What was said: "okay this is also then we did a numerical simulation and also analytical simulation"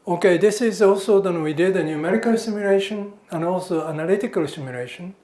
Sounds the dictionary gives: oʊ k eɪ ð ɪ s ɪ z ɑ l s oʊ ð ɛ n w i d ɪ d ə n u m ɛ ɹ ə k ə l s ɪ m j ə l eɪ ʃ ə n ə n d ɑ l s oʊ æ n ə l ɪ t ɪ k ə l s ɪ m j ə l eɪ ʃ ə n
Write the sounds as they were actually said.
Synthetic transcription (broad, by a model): oʊ k eɪ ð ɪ s ɪ z ɑ l s oʊ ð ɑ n w i d ɪ d ə n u m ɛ ɹ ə k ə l s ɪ m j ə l eɪ ʃ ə n ə n d ɑ l s oʊ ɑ n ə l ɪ t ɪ k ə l s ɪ m j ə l eɪ ʃ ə n